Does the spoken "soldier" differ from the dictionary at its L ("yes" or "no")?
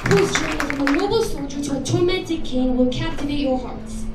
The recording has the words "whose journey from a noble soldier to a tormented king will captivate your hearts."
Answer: no